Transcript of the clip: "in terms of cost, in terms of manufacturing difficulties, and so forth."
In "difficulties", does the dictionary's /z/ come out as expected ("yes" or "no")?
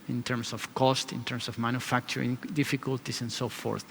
no